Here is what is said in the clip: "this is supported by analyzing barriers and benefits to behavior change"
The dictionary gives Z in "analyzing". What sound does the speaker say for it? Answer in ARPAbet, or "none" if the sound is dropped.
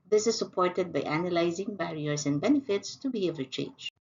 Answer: Z